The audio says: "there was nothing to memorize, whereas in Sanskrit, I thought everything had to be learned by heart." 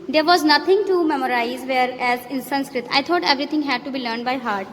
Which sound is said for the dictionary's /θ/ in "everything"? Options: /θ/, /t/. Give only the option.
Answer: /t/